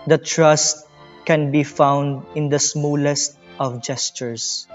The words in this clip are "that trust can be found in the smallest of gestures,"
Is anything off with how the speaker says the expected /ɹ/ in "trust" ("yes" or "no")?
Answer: no